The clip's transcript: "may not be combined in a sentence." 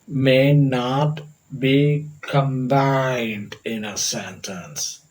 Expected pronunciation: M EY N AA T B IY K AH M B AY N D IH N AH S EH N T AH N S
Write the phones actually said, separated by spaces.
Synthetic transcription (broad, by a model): M EY N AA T B IY K AH M B AY N D IH N AH S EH N T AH N S